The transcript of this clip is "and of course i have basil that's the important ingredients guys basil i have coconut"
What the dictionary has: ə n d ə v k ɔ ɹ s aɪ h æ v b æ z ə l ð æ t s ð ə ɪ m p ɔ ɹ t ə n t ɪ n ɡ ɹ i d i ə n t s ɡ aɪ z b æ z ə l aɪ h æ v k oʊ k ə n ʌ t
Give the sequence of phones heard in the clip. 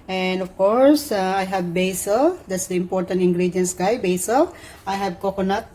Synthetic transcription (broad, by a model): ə n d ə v k ɔ ɹ s aɪ h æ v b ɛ s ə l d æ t s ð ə ɪ m p ɔ ɹ t ə n t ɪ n ɡ ɹ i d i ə n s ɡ aɪ b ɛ s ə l aɪ h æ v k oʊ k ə n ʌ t